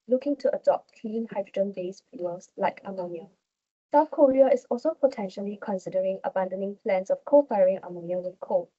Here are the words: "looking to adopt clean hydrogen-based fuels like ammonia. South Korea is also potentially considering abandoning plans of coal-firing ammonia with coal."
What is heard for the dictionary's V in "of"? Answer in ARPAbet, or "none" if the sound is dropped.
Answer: F